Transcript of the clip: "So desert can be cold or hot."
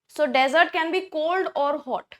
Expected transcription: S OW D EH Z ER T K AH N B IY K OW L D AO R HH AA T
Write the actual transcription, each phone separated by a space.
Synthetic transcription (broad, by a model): S OW D EH Z ER T K AH N B IY K OW L D AO R HH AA T